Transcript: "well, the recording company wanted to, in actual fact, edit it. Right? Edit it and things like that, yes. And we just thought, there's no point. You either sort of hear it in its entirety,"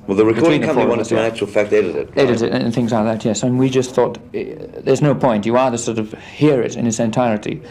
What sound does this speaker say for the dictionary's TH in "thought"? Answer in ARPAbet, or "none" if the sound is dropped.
TH